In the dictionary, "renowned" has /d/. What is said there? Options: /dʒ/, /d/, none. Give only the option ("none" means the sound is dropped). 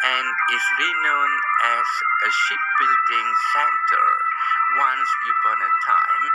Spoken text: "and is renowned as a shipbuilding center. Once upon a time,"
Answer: none